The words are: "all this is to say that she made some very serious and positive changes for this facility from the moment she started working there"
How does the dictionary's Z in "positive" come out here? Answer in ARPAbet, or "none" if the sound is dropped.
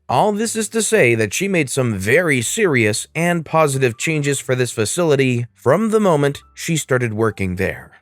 Z